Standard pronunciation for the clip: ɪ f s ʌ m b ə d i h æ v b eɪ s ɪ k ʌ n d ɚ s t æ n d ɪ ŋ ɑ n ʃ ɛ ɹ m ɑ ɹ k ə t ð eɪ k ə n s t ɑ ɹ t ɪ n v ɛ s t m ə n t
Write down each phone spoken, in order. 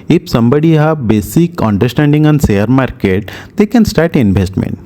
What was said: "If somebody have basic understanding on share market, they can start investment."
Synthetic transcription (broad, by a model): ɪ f s ʌ m b ə d i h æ b eɪ s ɪ k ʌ n d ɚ s t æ n d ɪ ŋ ɑ n s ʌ ɹ m ɑ ɹ k ə t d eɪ k ə n s t ɑ ɹ t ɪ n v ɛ s t m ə n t